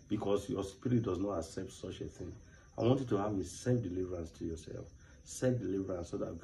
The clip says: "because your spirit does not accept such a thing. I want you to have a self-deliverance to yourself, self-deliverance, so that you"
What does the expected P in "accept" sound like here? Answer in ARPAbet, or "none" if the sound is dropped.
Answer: P